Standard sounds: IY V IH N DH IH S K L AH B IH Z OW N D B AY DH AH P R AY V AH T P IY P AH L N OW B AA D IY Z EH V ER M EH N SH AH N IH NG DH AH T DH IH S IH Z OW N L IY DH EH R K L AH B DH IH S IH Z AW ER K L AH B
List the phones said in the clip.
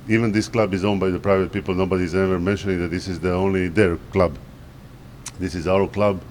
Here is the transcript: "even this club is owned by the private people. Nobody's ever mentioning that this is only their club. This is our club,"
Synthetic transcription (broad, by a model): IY V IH N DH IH S K L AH B IH Z OW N B AY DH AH P R AY V AH T P IY P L N OW B AA D IY Z EH V ER M EH N SH AH N IH NG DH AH T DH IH S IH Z OW N L IY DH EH R K L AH B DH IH S IH Z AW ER K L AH B